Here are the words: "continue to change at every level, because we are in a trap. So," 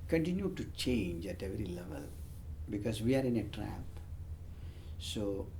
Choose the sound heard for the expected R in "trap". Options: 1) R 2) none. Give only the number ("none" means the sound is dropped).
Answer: 1